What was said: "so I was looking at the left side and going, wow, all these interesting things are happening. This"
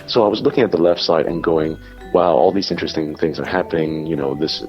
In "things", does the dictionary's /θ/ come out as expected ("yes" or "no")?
yes